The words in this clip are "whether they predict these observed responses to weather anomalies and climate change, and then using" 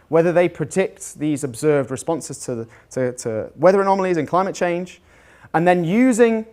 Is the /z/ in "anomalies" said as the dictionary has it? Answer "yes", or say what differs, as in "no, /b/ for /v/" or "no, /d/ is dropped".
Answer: yes